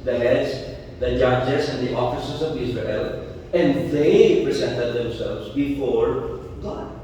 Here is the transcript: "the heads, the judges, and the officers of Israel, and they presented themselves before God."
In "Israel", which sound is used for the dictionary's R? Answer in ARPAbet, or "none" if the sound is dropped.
R